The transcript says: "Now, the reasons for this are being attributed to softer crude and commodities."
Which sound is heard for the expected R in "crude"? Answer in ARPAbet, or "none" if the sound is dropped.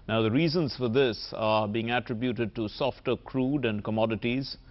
R